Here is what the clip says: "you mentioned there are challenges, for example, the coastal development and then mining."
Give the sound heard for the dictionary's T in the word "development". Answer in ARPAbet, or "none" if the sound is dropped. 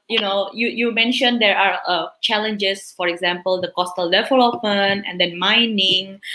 none